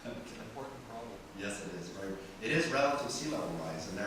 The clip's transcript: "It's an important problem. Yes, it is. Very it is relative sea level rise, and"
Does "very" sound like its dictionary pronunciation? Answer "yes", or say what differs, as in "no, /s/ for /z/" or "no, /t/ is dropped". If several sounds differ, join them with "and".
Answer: no, /ɹ/ is dropped